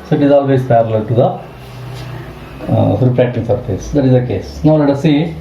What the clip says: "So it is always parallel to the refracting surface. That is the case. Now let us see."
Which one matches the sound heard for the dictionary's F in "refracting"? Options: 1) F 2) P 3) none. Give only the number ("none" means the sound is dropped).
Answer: 2